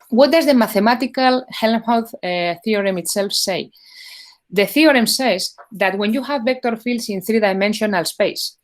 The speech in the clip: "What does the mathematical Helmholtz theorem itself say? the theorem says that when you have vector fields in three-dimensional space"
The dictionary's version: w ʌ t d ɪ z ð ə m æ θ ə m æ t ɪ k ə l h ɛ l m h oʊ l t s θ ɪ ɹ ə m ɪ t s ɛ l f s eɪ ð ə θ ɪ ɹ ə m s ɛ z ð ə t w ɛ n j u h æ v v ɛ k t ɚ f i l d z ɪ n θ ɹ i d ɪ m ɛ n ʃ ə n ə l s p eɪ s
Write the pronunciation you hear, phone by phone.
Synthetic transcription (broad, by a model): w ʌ t d ɪ z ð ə m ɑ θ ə m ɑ t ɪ k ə l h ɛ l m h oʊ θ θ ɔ ɹ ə m ɪ t s ɛ l f s eɪ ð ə θ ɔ ɹ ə m s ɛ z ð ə t w ɛ n j u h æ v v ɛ k t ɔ f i l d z ɪ n θ ɹ i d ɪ m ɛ n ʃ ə n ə l s p eɪ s